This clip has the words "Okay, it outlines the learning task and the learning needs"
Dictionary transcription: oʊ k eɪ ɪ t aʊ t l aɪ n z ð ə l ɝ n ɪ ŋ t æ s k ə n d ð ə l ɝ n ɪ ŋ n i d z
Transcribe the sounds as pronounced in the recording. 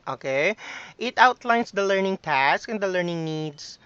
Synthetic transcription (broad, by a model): oʊ k eɪ ɪ t aʊ t l aɪ n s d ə l ɝ n ɪ ŋ t æ s k ə n d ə l ɝ n ɪ ŋ n i d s